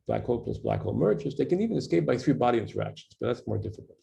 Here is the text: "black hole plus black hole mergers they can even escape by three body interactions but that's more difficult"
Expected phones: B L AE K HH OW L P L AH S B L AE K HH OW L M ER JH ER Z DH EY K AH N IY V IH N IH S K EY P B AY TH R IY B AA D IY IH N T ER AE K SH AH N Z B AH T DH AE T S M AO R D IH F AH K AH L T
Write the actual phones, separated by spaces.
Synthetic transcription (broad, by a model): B L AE K HH OW L P L AH S B L AE K HH OW L M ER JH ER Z DH EY K AH N IY V IH N IH S K EY P B AY TH R IY B AA D IY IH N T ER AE K SH N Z B AH T DH AE T S M AO R D IH F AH K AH L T